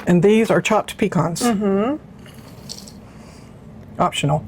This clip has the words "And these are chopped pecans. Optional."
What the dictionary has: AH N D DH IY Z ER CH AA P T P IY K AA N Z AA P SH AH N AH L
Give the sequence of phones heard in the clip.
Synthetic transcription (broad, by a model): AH N DH IY Z ER CH AA P T P IY K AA N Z AA P SH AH N L